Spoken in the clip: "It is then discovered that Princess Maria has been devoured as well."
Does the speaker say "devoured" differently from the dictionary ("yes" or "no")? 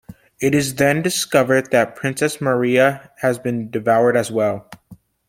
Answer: no